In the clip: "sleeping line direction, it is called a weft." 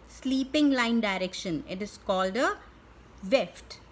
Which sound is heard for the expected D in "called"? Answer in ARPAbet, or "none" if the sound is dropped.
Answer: D